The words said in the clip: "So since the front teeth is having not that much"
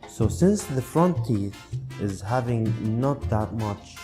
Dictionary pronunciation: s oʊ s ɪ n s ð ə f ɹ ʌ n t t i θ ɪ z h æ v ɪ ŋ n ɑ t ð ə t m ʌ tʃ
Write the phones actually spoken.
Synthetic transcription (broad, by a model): s oʊ s ɪ n s ð ə f ɹ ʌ n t t i θ ɪ z h æ v ɪ ŋ n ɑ t ð ə t m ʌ tʃ